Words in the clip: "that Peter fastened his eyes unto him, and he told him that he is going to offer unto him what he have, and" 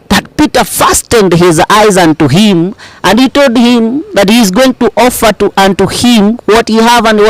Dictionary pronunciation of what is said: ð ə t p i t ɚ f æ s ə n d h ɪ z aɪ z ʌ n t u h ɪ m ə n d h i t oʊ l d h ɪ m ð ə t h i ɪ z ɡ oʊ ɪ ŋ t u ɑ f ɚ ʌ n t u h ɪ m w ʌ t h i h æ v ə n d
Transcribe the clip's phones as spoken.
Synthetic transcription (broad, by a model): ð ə t p i t ɚ f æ s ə n d h ɪ z aɪ z ʌ n t u h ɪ m ə n d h i t oʊ l d h ɪ m ð ə t h i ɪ z ɡ oʊ ɪ ŋ t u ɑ f ɚ ʌ n t u h ɪ m w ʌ t h i h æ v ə n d